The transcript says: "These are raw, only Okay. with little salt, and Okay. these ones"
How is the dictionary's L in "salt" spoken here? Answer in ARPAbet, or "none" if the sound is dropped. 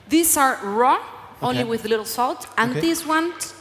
L